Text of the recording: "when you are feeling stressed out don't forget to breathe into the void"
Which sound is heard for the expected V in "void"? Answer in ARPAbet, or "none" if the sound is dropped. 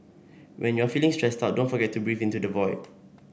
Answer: V